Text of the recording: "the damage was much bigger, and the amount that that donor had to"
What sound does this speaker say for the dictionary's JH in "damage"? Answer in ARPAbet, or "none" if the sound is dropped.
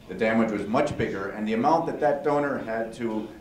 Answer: JH